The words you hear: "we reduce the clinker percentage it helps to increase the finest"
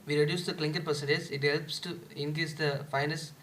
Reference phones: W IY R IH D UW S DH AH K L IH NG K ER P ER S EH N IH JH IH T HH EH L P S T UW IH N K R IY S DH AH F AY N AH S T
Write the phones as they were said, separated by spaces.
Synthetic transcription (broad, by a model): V IY R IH D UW S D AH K L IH NG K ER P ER S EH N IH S IH T HH EH L P S T UW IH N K R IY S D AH F AY N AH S